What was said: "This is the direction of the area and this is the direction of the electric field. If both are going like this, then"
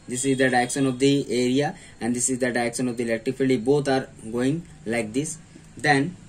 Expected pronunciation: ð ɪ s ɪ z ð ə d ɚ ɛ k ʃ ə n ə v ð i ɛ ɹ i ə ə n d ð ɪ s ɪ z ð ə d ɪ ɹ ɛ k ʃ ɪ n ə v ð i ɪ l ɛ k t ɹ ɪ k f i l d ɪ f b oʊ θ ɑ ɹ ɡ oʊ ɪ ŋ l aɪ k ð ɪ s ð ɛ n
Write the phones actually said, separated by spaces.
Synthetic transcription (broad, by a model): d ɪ s ɪ z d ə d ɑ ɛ k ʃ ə n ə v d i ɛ ɹ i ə ə n d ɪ s ɪ z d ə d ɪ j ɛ k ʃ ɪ n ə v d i l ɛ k t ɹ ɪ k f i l ɪ b oʊ t ɑ ɹ ɡ oʊ ɪ ŋ l aɪ k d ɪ s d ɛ n